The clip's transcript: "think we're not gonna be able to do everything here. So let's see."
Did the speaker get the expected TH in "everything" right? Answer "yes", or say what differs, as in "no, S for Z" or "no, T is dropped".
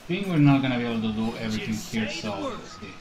no, T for TH